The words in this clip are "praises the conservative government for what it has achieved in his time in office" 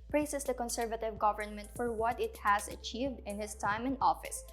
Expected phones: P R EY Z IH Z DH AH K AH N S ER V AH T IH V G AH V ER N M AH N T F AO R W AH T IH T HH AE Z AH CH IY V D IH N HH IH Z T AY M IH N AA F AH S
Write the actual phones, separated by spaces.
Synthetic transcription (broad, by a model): P R EY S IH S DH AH K AH N S ER V AH T IH V G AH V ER N M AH N T F AO R W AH T IH T HH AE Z AH CH IY V D IH N HH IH S T AY M IH N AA F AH S